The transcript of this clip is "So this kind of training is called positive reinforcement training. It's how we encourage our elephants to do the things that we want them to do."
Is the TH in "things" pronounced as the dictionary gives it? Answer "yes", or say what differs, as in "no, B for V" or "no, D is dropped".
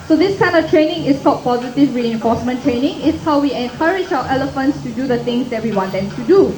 no, T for TH